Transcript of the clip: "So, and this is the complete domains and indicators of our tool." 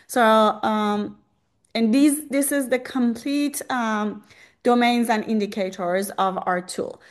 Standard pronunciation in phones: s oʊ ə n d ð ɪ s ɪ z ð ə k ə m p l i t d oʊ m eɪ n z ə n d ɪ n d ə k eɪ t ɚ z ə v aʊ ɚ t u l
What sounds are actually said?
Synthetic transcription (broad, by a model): s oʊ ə n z ð ɪ s ɪ z ð ə k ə m p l i t d oʊ m eɪ n z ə n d ɪ n d ə k eɪ t ɚ z ə v aʊ ɚ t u l